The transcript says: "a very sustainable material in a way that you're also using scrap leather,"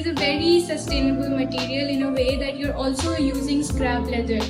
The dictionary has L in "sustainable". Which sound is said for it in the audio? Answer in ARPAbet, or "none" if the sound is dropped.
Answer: L